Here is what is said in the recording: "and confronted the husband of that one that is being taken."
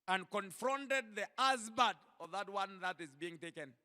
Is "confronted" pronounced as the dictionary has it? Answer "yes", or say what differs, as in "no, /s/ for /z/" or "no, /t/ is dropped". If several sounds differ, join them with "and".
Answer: yes